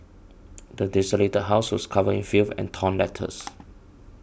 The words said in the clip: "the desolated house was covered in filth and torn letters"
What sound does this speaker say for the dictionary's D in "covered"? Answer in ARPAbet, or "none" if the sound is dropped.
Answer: none